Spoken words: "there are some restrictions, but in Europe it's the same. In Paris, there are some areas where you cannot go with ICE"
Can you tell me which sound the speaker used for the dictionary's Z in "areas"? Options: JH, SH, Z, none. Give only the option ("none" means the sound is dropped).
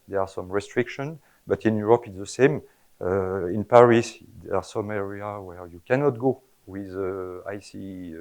none